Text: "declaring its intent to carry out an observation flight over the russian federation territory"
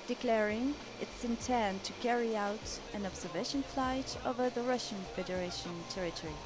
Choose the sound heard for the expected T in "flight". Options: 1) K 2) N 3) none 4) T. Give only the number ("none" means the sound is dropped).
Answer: 4